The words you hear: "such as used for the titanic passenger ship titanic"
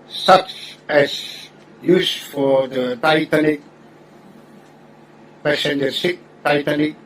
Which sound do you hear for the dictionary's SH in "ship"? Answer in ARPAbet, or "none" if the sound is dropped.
S